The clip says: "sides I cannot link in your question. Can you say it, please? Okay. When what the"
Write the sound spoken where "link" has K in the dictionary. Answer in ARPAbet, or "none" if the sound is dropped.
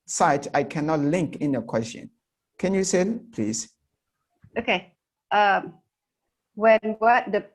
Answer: K